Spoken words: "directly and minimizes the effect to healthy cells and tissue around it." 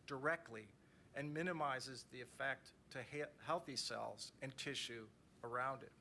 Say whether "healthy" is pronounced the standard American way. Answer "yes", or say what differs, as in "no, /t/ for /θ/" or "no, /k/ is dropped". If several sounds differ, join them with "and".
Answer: yes